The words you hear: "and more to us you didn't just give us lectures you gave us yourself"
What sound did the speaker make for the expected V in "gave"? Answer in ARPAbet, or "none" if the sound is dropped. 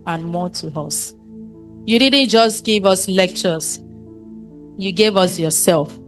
V